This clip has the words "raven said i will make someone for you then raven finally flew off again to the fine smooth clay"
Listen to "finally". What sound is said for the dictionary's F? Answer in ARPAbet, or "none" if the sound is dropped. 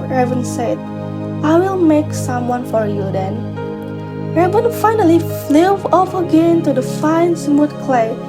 F